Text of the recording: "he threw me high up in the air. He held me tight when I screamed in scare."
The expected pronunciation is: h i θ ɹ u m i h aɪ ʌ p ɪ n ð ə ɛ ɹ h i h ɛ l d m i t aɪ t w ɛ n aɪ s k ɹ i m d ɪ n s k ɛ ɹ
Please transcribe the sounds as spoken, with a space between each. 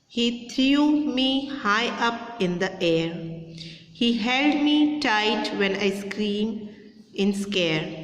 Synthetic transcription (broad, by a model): h i t ɹ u m i h aɪ ʌ p ɪ n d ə ɛ ɹ h i h ɛ l d m i t aɪ t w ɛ n aɪ s k ɹ i m ɪ n s k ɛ ɹ